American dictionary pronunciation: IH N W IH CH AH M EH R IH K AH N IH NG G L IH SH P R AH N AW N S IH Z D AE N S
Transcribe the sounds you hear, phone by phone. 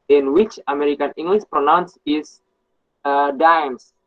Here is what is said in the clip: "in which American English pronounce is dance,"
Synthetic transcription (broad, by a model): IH N W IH CH AH M EH R IH K AH N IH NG G L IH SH P R AH N AW N S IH S D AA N S